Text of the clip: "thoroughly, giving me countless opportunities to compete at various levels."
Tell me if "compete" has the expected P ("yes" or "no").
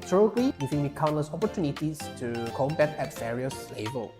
no